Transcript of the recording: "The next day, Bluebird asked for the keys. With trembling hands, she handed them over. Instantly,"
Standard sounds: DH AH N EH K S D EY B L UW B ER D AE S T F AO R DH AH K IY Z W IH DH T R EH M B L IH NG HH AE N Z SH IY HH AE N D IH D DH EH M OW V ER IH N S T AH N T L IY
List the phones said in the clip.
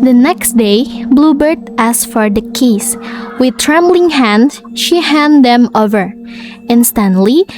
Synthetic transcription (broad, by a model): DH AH N EH K S D EY B L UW B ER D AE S F AO R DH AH K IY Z W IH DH T R EH M B L IH NG HH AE N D SH IY HH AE N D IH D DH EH M OW V ER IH N S T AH N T L IY